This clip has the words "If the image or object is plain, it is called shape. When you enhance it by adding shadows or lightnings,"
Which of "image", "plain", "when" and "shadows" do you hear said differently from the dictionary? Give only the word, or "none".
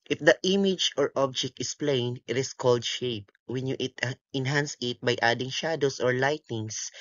shadows